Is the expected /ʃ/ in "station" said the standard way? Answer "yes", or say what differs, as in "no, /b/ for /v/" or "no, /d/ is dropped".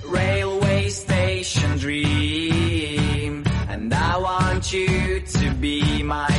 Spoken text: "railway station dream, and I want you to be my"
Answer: yes